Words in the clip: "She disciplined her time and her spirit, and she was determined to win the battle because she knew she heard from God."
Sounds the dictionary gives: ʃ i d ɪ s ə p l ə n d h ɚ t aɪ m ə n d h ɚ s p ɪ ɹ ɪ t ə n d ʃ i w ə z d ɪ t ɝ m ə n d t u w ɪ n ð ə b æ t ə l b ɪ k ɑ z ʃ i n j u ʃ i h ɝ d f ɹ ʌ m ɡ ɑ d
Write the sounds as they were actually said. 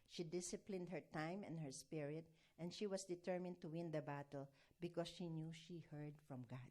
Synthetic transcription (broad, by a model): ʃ i d ɪ s ə p l ə n d h ɚ t aɪ m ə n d h ɚ s p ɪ ɹ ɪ t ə n ʃ i w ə s d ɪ t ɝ m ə n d t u w ɪ n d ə b æ t ə l b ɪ k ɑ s ʃ i n j u ʃ i h ɝ d f ɹ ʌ m ɡ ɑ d